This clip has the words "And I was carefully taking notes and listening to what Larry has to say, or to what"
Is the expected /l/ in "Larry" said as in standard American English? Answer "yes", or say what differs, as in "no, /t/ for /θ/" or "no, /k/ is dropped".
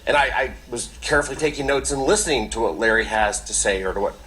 yes